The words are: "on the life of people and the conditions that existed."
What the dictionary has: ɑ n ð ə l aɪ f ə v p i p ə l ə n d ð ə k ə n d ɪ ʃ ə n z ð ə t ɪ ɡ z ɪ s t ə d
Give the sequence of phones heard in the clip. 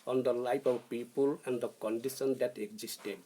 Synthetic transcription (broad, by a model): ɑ n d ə l aɪ p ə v p i p ə l ə n d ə k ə n d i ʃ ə n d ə t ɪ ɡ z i s t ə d